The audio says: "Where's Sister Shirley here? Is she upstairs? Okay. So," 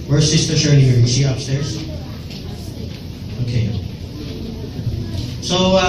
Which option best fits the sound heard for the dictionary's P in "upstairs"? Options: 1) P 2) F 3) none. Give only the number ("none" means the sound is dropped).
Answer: 1